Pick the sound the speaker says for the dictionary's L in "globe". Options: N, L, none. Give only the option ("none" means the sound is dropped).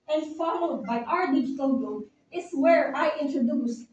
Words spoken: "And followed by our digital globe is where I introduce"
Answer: none